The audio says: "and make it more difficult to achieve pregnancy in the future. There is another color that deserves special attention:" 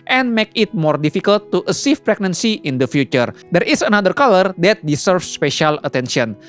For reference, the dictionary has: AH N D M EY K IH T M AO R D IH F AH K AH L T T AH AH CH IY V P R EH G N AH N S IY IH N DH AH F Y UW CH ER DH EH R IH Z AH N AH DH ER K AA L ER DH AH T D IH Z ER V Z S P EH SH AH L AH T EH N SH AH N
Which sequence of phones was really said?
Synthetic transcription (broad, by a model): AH N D M EY K IH T M AO R D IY F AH K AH L T T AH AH S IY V P R EH G N AH N S IY IH N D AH F Y UW CH ER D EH R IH S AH N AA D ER K AA L ER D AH T D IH S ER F S P EH SH AH L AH T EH N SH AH N